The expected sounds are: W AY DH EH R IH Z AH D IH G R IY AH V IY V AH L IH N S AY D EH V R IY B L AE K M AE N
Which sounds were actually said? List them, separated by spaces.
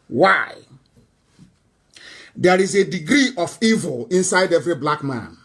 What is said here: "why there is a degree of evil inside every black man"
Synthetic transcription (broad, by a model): W AY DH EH R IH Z AH D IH G R IY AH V IY V AH L IH N S AY D EH V R IY B L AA K M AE N